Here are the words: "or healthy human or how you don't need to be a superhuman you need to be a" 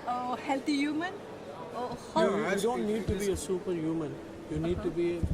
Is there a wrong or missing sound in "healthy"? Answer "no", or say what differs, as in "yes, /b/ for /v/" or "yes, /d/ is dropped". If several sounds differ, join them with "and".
yes, /t/ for /θ/